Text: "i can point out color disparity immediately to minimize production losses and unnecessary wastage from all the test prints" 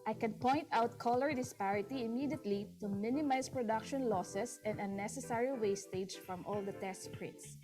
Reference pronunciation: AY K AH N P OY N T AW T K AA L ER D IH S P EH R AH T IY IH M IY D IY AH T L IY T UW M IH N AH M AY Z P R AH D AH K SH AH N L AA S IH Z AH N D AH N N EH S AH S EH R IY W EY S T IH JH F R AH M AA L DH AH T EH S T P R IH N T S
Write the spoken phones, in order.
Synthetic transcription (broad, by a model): AY K AH N P OY N T AW T K AA L ER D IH S P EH R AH T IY IH M IY D IY AH T L IY T UW M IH N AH M AY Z P R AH D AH K SH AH N L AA S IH S AH N D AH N N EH S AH S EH R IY W EY S T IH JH F R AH M AA L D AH T EH S T P R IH N T S